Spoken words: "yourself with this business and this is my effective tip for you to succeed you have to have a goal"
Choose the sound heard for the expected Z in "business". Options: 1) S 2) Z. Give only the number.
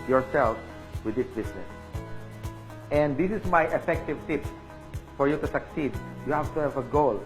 1